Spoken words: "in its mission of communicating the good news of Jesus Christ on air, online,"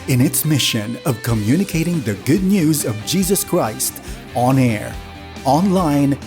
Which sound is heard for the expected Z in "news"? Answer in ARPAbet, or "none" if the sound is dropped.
Z